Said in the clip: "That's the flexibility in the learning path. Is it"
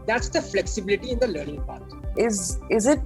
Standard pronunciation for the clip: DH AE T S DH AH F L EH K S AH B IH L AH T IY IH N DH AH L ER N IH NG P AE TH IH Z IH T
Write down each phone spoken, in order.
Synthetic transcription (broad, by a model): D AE T S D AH F L EH K S AH B IH L AH T IY IH N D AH L ER N IH NG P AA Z IH Z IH T